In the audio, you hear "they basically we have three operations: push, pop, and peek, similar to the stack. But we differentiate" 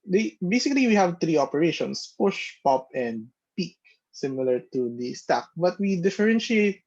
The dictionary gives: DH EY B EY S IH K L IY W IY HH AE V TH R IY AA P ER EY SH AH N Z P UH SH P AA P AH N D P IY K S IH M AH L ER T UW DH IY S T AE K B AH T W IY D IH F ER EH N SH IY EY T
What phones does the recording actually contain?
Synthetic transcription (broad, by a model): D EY B EY S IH K L IY W IY HH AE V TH R IY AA P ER EY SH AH N S P UH SH P AA P AH N D P IY K S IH M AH L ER T UW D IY S T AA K B AH T W IY D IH F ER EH N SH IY EY T